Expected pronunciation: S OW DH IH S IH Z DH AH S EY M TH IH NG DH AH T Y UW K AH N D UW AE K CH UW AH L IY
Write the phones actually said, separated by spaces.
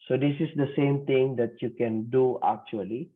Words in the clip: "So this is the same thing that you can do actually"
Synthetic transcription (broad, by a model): S OW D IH S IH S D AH S EY M T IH NG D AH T Y UW K AH N D UW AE K CH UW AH L IY